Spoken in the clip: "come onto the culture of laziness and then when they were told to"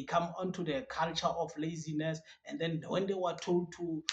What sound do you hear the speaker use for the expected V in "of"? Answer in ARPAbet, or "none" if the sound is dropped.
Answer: F